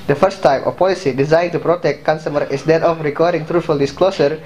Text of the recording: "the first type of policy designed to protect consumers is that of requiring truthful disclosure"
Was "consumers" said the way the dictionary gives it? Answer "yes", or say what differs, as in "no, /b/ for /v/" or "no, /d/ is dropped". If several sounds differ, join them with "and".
no, /z/ is dropped